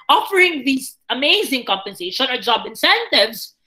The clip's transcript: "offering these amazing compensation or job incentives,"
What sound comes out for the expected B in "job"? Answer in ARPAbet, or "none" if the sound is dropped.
B